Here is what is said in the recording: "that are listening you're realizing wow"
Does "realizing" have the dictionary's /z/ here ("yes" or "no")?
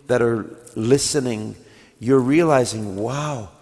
yes